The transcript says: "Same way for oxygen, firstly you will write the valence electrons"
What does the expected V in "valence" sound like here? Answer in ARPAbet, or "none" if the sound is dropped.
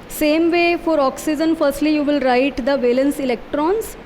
V